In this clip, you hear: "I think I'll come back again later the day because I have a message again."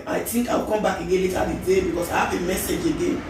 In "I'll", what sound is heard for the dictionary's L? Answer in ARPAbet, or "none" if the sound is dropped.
W